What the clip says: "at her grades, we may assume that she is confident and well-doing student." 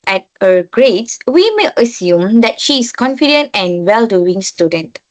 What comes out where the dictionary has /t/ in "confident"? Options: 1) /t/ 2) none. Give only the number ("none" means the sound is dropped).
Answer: 1